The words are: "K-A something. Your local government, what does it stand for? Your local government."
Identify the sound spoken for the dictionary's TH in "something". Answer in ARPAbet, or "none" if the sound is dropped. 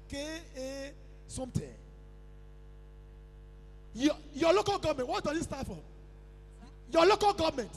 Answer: T